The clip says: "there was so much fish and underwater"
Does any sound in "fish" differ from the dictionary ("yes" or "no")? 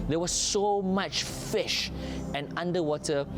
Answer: no